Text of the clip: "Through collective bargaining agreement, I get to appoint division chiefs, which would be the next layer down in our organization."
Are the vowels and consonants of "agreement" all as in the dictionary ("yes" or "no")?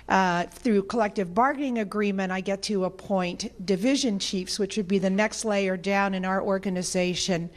no